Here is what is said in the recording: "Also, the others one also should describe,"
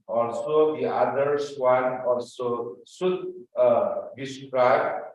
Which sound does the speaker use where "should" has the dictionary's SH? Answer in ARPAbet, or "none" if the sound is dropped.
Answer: S